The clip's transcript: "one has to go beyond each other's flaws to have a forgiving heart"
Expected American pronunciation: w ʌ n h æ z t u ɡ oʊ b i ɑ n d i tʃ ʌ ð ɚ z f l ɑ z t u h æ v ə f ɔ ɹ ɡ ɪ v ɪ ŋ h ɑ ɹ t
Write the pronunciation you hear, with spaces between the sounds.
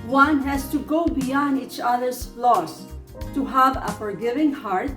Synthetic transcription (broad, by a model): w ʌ n h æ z t u ɡ oʊ b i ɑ n d i tʃ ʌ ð ɚ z l ɑ s t u h æ v ə f ɔ ɹ ɡ ɪ v ɪ ŋ h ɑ ɹ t